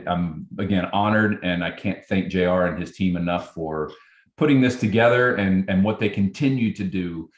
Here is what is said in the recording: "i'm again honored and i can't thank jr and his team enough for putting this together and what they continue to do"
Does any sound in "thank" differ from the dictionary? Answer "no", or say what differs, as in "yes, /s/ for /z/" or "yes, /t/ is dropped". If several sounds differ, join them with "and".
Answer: no